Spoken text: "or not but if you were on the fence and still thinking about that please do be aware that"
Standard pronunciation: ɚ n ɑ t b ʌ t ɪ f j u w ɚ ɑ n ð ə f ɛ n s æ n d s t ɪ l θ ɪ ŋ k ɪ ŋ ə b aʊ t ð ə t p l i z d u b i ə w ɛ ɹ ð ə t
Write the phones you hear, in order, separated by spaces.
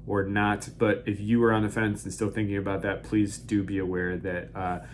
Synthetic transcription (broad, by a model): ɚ n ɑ t b ʌ t ɪ f j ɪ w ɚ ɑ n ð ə f ɛ n s n s t ɪ l θ ɪ ŋ k ɪ ŋ ə b aʊ t ð ə t p l i z d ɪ b i ə w ɛ ɹ ð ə t